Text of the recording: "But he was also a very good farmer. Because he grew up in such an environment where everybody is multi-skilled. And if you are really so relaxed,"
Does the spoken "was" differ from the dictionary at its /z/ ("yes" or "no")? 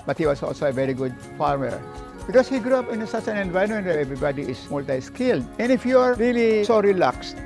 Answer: yes